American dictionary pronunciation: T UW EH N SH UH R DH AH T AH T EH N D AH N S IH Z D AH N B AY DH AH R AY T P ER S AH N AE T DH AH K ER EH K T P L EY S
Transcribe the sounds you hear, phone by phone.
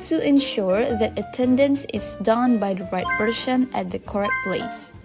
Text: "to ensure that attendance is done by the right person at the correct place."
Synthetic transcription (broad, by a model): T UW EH N SH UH R DH AH T AH T EH N D AH N S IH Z D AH N B AY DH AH R AY T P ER SH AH N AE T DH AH K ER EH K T P L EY S